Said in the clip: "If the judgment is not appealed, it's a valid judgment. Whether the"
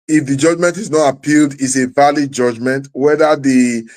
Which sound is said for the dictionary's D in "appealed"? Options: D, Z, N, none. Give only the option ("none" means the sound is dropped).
D